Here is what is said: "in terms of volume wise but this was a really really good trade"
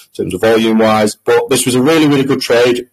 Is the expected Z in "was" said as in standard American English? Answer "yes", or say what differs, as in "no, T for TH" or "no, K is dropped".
yes